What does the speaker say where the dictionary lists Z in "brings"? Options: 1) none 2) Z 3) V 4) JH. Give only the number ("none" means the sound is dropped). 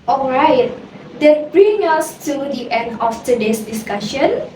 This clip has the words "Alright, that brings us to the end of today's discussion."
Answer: 1